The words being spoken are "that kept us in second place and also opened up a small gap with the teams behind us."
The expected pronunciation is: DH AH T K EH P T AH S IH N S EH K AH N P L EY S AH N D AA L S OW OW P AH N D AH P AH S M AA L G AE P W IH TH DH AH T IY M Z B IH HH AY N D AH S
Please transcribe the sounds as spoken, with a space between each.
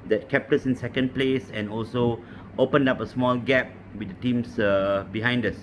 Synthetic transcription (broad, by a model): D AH T K EH P T AH S IH N S EH K AH N P L EY S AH N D AA L S OW OW P AH N D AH P AH S M AA L G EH P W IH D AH T IY M S B IH HH AY N D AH S